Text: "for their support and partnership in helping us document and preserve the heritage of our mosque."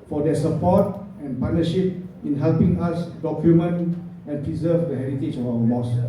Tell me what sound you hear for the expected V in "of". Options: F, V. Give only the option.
F